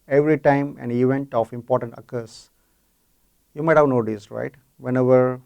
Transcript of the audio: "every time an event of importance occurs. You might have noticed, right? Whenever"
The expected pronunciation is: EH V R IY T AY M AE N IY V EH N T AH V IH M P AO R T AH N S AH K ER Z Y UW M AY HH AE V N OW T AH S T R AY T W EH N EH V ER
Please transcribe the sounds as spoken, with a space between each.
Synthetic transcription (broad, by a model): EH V R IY T AY M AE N IY V EH N T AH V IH M P AO R T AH N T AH K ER S Y UW M AY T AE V N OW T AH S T R AY T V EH N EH V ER